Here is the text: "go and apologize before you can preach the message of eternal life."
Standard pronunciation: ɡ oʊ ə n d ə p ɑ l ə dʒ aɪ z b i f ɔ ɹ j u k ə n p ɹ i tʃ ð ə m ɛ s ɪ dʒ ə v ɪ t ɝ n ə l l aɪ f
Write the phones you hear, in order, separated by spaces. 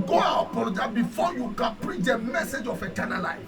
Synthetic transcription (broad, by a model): ɡ oʊ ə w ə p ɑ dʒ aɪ b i f ɔ j u k ə n p ɹ i tʃ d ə m ɛ s ɪ dʒ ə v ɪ t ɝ n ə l l aɪ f